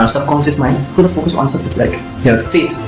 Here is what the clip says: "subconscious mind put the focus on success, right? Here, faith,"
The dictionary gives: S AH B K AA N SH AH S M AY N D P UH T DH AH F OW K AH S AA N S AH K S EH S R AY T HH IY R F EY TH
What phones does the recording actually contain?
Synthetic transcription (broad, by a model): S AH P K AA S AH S M AY N D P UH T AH F OW K AH S AA N S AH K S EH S L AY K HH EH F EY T